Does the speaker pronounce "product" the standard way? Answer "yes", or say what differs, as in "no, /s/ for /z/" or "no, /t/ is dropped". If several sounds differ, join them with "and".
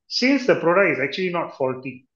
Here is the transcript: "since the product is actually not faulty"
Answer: no, /t/ is dropped